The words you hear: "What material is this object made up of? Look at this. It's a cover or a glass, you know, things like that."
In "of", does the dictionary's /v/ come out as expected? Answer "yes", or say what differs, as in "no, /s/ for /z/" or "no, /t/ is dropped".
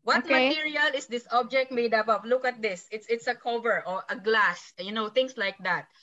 no, /p/ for /v/